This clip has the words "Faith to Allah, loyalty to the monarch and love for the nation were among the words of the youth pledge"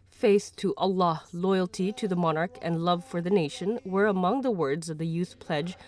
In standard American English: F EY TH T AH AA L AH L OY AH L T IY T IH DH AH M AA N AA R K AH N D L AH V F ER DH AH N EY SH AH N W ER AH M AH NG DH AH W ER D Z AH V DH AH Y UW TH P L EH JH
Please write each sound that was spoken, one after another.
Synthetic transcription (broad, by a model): F EY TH T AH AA L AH L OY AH L T IY T IH DH AH M AA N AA R K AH N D L AH V F ER DH AH N EY SH AH N W ER AH M AH NG DH AH W ER D Z AH V DH AH Y UW TH P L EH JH